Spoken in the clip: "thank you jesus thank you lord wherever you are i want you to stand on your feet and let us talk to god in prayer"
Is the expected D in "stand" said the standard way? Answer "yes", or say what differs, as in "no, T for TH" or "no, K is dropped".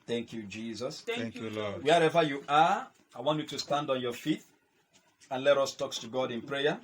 yes